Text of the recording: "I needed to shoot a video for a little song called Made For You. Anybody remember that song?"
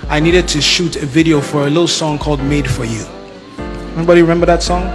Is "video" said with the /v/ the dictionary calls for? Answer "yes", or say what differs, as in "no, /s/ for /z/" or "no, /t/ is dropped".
yes